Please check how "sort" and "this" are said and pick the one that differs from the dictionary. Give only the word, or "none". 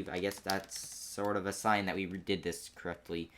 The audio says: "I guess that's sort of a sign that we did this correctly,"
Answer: none